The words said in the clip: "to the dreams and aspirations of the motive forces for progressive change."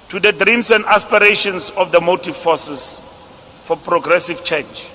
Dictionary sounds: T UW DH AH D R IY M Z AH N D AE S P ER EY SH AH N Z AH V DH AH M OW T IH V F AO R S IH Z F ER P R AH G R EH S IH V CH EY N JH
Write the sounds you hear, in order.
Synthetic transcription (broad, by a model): T UW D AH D R IY M S AH N D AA S P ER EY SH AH N S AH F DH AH M OW T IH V F AO S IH S F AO P R AH G R EH S IH V CH EY N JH